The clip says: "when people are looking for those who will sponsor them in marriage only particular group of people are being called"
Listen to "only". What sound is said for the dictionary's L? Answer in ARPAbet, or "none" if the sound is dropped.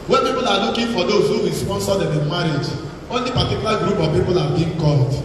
L